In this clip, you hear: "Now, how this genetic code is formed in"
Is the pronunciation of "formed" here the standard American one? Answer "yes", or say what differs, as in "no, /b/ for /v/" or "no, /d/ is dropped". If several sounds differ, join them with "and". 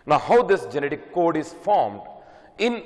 yes